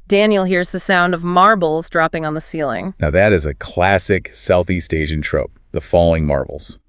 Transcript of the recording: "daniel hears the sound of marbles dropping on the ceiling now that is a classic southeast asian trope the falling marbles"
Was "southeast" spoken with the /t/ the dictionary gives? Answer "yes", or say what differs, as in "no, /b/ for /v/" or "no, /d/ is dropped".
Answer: yes